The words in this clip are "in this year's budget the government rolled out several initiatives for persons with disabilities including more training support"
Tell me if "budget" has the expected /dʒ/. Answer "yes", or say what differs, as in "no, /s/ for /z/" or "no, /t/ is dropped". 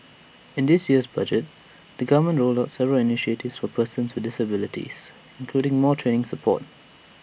yes